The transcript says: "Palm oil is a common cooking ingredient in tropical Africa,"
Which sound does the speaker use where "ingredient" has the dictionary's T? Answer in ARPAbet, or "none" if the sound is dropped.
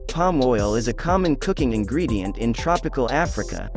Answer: T